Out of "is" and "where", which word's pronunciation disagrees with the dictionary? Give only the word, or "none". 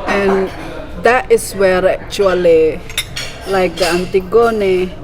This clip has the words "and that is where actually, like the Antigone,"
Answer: is